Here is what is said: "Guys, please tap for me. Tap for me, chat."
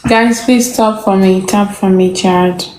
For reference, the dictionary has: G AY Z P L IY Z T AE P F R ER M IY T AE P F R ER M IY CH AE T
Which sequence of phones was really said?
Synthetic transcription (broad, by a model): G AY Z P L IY S T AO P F R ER M IY T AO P F R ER M IY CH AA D